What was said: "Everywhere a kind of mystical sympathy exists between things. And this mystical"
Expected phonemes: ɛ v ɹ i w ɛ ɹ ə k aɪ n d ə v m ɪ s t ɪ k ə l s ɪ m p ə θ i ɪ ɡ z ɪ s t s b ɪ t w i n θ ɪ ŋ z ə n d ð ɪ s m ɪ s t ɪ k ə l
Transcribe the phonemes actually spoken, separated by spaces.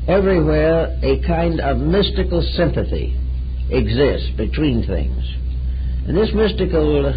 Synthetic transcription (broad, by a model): ɛ v ɹ i w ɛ ɹ ə k aɪ n d ə v m ɪ s t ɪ k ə l s ɪ m p ə θ i ɪ ɡ z ɪ s t s b ɪ t w i n θ ɪ ŋ z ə n ð ɪ s m ɪ s t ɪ k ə l